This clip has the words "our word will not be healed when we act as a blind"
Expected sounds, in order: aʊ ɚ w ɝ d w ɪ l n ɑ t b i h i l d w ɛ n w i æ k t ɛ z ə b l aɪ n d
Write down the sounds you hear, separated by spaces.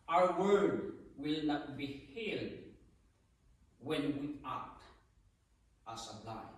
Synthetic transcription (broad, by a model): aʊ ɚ w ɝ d w ɪ l n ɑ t b i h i l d w ɛ n w i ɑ t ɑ s ə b l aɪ